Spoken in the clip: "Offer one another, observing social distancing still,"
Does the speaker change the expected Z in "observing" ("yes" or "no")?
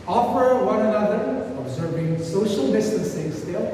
no